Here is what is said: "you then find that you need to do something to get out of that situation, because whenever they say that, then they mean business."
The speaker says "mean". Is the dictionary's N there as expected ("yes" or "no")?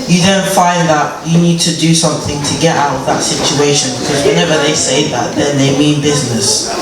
yes